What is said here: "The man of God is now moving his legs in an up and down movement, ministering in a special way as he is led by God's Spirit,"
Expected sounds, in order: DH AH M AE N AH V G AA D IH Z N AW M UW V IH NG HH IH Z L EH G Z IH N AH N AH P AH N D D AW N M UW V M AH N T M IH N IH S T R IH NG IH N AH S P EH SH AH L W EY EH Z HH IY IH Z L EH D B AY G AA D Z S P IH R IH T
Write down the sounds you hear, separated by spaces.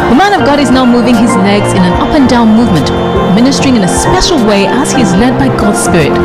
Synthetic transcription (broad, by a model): DH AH M AE N AH V G AA D IH Z N AW M UW V IH NG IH Z L EH G Z IH N AH N AH P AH N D D AW N M UW V M AH N T M IH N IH S T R IH NG IH N AH S P EH SH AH L W EY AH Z HH IY IH Z L EH D B AY G AA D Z S P IH R IH T